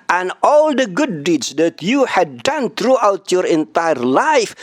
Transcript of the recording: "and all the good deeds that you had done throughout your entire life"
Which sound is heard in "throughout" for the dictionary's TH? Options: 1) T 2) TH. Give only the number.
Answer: 1